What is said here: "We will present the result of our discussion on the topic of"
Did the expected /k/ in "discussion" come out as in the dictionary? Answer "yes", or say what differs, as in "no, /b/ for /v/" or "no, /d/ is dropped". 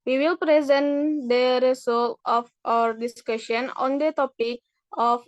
yes